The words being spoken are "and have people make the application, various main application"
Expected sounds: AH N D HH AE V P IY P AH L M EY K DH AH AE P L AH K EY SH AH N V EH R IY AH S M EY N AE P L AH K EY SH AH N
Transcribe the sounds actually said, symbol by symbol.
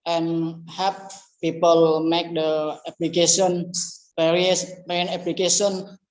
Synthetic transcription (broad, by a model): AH N HH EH P P IY P AH L M EY K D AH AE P L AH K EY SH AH N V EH R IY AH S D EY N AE P L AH K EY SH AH N